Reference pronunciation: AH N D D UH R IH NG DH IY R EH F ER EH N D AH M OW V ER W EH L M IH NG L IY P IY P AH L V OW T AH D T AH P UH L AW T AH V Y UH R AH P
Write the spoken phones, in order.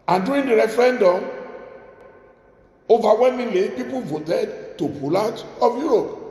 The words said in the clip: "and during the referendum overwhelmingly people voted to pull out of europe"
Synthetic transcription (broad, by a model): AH N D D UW IH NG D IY R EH F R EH N D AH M OW V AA W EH M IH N L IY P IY P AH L V OW T AH D T AH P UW L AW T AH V Y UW R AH P